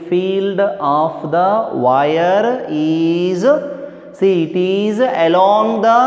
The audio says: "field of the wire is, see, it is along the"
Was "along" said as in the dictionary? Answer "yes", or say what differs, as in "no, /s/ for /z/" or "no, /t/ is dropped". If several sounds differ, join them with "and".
yes